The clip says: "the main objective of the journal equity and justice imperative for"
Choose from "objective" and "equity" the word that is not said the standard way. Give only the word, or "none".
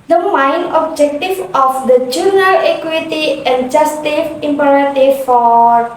objective